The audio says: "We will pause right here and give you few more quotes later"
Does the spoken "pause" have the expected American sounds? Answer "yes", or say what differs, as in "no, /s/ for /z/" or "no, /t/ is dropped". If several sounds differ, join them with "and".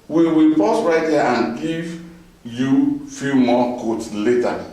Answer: no, /s/ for /z/